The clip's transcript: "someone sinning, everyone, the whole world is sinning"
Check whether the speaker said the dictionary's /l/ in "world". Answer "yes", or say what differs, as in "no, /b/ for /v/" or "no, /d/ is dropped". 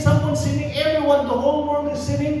no, /n/ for /l/